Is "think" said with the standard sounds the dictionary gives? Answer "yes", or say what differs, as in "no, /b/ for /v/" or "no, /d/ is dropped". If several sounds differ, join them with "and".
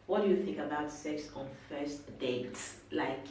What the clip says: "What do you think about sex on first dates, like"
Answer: yes